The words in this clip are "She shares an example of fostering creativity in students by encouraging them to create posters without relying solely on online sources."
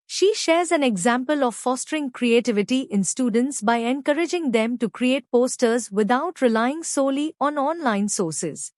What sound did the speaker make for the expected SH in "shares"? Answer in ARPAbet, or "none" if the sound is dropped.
SH